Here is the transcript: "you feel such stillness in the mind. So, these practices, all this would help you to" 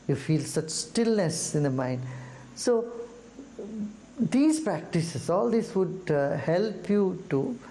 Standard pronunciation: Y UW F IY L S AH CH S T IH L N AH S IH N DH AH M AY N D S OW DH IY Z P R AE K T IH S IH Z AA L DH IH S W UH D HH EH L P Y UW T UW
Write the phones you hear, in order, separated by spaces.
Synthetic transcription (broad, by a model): Y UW F IY L S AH CH S T IH L N AH S IH N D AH M AY N D S OW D IY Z P R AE K T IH S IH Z AA L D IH S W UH D HH EH L P Y UW T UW